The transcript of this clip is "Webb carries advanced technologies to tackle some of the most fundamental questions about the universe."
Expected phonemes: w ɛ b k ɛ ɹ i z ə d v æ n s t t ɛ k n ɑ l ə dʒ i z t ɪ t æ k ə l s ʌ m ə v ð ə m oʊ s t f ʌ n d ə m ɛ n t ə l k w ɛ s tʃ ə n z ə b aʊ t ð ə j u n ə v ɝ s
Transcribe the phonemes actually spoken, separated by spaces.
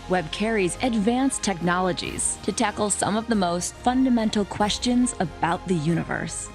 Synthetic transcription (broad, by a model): w ɛ b k ɛ ɹ i z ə d v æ n s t t ɛ k n ɑ l ə dʒ i z t ɪ t æ k l s ʌ m ə v ð ə m oʊ s t f ʌ n d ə m ɛ n t l k w ɛ s tʃ ə n z ə b aʊ t ð ə j u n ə v ɝ s